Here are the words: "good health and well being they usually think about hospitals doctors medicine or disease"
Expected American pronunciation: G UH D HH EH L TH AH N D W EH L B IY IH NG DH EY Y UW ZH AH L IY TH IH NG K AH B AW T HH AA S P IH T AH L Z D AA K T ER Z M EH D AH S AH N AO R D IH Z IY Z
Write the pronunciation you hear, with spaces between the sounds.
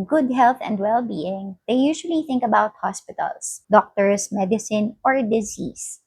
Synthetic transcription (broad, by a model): G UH D HH EH L TH AH N D W EH L B IY IH NG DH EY Y UW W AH L IY TH IH NG K AH B AW T HH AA S P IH T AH L S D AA K T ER S M EH D AH S AH N AO R D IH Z IY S